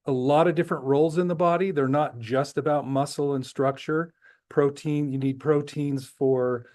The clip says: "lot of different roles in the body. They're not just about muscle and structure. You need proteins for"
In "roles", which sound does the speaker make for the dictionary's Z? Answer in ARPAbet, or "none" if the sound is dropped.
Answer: Z